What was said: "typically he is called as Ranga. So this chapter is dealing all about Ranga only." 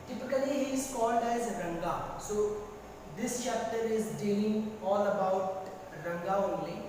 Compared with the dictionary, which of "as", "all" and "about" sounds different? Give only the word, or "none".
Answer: none